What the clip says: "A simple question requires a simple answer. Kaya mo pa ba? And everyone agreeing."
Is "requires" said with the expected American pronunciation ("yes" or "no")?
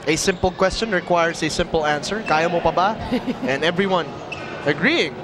no